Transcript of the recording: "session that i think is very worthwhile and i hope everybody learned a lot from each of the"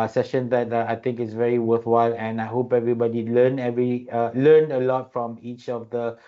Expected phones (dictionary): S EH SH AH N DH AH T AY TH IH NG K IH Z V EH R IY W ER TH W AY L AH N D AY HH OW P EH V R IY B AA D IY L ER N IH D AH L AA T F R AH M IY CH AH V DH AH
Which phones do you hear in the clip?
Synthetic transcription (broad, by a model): S EH SH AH N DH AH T AY T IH NG K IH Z V EH R IY W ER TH W AY L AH N AY HH OW P EH V R IY B AA D IY L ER N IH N AH L AA T F R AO M IY CH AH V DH AH